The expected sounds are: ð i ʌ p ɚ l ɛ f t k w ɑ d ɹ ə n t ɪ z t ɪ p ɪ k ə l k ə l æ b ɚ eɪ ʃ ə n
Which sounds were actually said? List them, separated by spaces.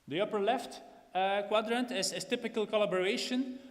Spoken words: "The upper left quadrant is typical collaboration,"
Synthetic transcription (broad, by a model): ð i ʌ p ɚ l ɛ f t k w ɑ d ɹ ə n t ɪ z t ɪ p ɪ k ə l k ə l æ b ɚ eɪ ʃ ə n